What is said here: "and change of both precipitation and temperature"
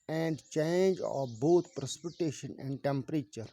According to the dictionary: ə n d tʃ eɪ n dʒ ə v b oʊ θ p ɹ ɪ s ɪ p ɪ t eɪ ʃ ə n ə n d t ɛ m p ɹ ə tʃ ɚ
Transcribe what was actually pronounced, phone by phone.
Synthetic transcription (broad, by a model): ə n d tʃ eɪ n dʒ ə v b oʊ t p ɹ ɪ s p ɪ t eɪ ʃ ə n ə n d t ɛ m p ɹ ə tʃ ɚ